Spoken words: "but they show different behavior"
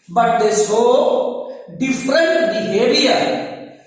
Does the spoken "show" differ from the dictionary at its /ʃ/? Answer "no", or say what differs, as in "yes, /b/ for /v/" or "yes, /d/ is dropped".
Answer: yes, /s/ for /ʃ/